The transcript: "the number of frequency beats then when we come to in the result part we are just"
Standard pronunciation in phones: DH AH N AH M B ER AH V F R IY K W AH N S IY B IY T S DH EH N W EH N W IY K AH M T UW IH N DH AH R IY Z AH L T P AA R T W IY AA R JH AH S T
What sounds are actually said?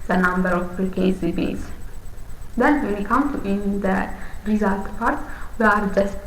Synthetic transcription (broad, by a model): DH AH N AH M B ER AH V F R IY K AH S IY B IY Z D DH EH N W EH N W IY K AH M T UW IH N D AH R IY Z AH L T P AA R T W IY AA R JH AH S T